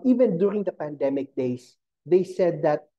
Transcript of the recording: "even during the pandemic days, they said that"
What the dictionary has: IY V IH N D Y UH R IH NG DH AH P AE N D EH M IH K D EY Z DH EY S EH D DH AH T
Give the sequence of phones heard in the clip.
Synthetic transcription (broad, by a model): IY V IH N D Y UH R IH NG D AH P AE N D EH M IH K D EY S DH EY S EH D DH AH T